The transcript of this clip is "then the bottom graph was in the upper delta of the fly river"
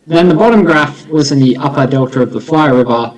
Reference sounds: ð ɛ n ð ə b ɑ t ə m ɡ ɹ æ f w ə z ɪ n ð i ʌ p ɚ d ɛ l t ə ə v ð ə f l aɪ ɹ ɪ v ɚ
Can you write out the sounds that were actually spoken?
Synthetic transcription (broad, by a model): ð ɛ n ð ə b ɑ t ə m ɡ ɹ æ f w ə z ɪ n ð i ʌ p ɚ d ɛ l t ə ə v ð ə f l aɪ ɹ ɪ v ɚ